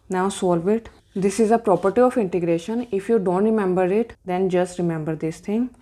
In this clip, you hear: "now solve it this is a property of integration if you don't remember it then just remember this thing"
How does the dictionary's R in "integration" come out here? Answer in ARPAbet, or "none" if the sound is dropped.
R